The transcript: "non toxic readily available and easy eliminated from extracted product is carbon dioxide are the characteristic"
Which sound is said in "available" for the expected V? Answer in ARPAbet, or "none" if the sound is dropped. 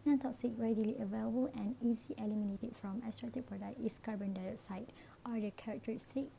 V